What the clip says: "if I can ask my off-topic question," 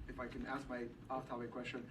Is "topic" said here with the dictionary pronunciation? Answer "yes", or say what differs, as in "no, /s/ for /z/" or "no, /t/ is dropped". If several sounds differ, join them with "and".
no, /p/ is dropped